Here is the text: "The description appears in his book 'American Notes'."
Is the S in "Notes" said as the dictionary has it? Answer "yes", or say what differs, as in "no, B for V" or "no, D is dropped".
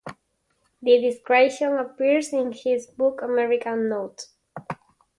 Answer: no, S is dropped